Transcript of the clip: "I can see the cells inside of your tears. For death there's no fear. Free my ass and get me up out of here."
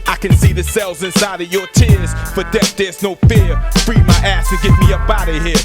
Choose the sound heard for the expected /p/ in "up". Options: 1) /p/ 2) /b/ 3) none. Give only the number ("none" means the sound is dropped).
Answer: 2